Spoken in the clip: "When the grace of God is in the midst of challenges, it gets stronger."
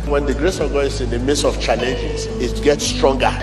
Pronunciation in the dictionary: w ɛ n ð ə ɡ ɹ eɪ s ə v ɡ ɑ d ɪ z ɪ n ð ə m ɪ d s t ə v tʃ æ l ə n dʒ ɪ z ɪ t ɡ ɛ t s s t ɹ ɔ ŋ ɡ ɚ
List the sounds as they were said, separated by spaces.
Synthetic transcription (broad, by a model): w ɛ n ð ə ɡ ɹ eɪ s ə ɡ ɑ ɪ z ɪ n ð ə m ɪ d s ə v tʃ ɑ l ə n dʒ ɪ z ɪ t ɡ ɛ t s s t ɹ ɔ ŋ ɡ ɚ